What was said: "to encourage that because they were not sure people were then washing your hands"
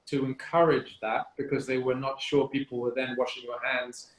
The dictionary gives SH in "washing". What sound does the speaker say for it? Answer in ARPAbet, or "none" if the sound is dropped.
SH